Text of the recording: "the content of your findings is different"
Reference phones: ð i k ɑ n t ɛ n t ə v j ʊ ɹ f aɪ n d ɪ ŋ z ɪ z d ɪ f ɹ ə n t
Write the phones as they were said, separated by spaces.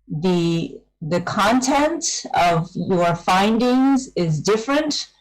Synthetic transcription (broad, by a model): ð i k ɑ n t ɛ n t ə v j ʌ ɹ f aɪ n d ɪ ŋ z ɪ z d ɪ f ɹ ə n t